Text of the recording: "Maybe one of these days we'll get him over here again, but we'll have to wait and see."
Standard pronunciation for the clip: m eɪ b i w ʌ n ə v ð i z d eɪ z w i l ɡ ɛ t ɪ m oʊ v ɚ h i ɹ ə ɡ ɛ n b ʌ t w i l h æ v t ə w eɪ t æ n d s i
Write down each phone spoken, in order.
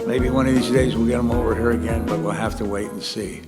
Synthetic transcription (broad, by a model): m eɪ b i w ʌ n ə v ð i z d eɪ z w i l ɡ ɛ t ɪ m oʊ v ɚ h i ɹ ə ɡ ɛ n b ʌ t w i l h æ f t ə w eɪ t n s i